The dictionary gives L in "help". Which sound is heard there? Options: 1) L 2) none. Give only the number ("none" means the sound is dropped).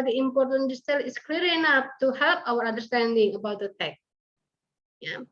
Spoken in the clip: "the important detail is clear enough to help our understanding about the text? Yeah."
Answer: 1